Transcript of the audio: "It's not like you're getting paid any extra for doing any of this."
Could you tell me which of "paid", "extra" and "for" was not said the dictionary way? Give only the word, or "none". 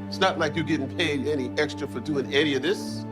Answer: none